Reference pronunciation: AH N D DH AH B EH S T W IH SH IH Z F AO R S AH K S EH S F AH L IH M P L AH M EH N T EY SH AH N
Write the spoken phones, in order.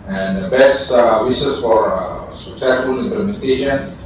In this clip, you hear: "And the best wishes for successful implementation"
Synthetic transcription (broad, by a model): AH N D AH B EH S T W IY S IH S F AO R S AH K S EH S F AH L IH M P L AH M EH N T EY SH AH N